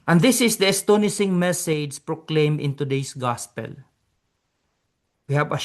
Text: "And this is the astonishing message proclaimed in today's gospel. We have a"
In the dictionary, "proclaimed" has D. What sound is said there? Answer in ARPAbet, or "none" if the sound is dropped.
none